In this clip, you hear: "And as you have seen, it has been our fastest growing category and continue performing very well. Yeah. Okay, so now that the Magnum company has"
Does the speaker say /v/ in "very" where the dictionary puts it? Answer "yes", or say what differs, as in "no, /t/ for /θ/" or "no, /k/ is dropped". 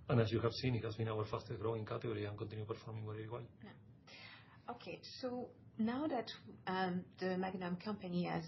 no, /w/ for /v/